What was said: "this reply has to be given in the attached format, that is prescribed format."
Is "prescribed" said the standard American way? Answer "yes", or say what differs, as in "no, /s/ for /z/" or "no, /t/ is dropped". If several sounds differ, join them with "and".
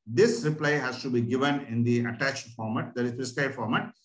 no, /ɹ/ is dropped and /b/ is dropped